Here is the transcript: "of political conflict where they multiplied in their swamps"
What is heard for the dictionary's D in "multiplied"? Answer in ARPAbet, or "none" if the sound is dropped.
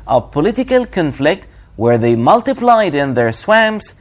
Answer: D